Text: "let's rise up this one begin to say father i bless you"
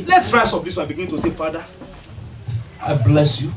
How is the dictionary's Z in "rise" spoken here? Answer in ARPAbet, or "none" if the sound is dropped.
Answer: S